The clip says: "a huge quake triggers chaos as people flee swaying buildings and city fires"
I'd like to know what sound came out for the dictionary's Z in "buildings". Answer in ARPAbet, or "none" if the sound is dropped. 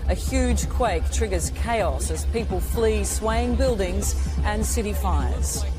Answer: Z